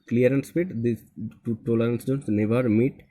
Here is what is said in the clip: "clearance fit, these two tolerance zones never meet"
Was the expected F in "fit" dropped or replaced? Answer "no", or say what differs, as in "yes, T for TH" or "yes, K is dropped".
yes, P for F